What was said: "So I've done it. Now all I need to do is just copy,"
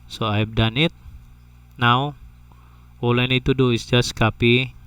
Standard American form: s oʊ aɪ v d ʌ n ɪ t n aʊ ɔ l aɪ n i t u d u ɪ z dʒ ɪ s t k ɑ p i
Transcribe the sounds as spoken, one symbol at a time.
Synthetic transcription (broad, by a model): s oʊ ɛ p d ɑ n ɪ t n aʊ ɔ l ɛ n i t u d u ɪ s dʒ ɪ s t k ɑ p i